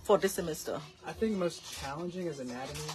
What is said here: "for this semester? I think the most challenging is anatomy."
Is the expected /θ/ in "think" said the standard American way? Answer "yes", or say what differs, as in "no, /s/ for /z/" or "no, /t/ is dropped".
yes